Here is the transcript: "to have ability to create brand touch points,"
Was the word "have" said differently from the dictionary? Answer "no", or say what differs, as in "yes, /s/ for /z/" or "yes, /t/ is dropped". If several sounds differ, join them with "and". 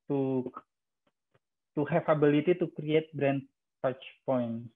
yes, /f/ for /v/